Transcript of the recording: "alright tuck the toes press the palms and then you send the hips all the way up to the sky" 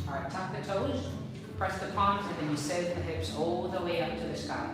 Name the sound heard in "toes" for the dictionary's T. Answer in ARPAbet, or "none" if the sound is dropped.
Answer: T